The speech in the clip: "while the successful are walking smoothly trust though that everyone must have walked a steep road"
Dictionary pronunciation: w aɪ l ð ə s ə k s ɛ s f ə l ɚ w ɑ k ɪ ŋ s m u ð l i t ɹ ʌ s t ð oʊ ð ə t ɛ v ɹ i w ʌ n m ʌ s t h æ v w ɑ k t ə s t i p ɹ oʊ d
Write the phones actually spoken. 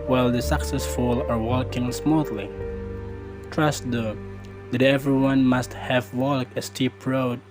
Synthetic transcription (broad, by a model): w aɪ l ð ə s ə k s ɛ s f ə l ɚ w ɑ k ɪ ŋ s m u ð l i t ɹ ʌ s t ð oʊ ð ə t ɛ v ɹ i w ʌ n m ʌ s t h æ v w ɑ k ə s t i p ɹ oʊ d